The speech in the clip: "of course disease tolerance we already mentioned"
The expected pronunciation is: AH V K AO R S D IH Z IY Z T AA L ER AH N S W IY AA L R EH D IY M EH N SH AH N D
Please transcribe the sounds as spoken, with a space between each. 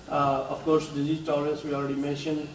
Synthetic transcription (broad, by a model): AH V K AO R S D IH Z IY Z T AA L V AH S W IY AA L R EH D IY M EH N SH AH N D